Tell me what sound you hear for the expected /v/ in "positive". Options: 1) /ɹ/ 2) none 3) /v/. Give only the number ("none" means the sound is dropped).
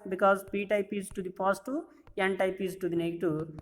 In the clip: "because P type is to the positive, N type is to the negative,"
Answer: 2